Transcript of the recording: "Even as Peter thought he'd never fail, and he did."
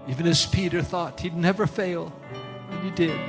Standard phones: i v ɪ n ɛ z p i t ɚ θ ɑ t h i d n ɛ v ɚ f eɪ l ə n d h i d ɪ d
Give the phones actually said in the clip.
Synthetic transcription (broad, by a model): i v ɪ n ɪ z p i t ɚ θ ɑ t h i d n ɛ v ɚ f eɪ l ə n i d ɪ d